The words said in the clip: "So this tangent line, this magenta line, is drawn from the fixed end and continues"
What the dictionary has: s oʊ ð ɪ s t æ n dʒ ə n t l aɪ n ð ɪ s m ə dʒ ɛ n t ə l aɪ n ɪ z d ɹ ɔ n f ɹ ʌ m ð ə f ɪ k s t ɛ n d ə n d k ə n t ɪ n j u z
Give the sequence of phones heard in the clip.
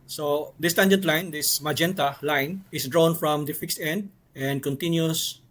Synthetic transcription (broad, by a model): s oʊ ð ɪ s t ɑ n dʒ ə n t l aɪ n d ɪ s m ə dʒ ɛ n t ə l aɪ n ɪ s d ɹ ɔ n f ɹ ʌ m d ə f ɪ k s t ɛ n d ə n d k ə n t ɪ n j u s